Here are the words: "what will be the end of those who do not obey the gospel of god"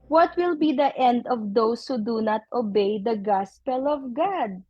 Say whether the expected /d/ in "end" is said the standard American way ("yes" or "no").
yes